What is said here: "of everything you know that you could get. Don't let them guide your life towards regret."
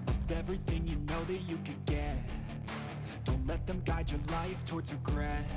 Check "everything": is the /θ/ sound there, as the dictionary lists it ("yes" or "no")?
yes